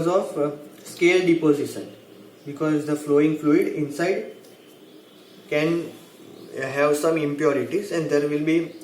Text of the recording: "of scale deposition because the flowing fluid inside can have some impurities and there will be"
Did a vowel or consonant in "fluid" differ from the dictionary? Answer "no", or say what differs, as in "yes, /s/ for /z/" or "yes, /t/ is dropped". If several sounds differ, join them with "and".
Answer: no